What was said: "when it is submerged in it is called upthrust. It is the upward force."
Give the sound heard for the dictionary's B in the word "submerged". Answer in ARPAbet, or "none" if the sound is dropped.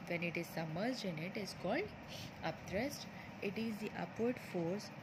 none